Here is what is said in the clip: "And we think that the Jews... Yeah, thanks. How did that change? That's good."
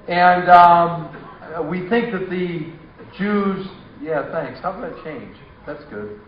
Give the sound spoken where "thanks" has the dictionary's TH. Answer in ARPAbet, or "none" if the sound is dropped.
TH